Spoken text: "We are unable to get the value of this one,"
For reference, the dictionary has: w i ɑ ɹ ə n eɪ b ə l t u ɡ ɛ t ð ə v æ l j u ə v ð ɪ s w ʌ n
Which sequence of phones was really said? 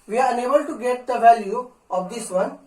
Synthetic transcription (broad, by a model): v i ɑ ɹ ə n eɪ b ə l t u ɡ ɛ t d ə v æ l j u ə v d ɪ s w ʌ n